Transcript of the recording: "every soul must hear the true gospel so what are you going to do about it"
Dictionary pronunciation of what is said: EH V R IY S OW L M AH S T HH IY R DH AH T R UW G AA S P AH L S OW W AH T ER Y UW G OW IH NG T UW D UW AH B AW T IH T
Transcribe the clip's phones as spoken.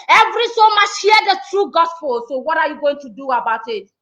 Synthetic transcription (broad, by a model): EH V R IY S OW M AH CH HH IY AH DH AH T R UW G AA S P AH L S OW W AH T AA Y UW G OW IH NG T UW D UW AH B AW T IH T